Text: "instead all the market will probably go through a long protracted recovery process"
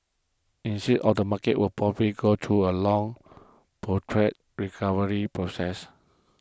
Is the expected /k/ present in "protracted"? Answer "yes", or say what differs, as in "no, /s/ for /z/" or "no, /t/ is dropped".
no, /k/ is dropped